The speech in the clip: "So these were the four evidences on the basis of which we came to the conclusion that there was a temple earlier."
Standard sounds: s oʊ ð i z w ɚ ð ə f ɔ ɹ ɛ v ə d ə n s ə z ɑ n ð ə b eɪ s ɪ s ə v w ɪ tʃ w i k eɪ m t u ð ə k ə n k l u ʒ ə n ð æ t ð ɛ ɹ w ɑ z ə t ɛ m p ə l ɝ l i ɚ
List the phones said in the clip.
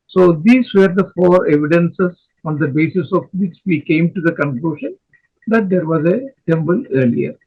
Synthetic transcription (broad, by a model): s oʊ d i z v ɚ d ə f ɔ ɹ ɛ v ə d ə n s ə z ɑ n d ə b eɪ s ɪ s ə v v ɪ tʃ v i k eɪ m t u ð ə k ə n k l u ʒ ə n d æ t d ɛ ɹ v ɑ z ə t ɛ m b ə l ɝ l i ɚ